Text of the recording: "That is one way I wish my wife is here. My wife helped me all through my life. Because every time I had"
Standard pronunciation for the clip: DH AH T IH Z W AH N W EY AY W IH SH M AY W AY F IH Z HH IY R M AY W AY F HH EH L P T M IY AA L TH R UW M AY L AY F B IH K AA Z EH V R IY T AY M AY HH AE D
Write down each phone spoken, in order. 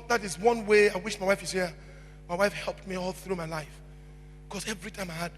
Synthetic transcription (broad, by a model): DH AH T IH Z W AH N W EY AY W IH SH M AY W AY F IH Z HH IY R M AY W AY F HH EH L P T M IY AA L TH R UW M AY L AY F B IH K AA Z EH V R IY T AY M AY HH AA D